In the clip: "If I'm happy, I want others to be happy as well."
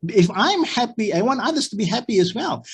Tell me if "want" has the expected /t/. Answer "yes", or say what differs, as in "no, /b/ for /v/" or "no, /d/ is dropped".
no, /t/ is dropped